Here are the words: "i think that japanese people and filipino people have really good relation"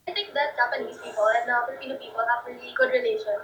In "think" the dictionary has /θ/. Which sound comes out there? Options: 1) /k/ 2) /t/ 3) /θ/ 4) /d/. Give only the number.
2